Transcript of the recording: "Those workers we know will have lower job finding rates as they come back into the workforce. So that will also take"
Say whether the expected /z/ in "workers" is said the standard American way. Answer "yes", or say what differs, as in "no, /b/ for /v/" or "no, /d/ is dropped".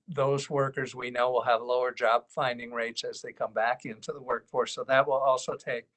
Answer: yes